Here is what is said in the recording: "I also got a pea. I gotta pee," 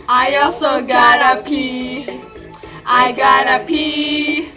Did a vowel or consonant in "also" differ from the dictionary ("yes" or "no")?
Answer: yes